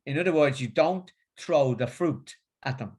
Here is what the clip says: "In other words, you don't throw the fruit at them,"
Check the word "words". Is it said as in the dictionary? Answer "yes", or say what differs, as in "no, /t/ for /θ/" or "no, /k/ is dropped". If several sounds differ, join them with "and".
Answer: yes